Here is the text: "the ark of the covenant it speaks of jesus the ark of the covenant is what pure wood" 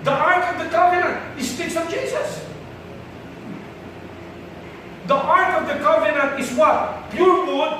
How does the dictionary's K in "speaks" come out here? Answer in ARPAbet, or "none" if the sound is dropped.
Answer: none